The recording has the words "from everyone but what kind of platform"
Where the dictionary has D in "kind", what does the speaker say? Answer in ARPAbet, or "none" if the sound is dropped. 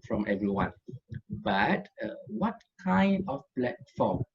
D